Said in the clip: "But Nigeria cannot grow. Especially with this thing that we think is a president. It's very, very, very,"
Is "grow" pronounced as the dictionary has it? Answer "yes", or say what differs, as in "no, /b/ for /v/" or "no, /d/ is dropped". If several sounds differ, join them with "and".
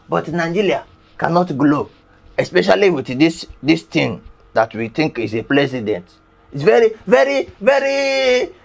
no, /l/ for /ɹ/